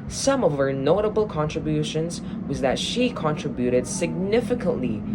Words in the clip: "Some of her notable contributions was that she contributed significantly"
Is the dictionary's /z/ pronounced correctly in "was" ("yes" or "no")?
yes